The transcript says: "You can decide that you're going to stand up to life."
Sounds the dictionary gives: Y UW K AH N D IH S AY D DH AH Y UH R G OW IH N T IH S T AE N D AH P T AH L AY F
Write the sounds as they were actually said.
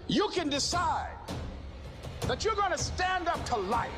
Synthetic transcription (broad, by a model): Y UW K AH N D IH S AY D DH AH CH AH R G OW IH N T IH S T AE N D AH P T AH L AY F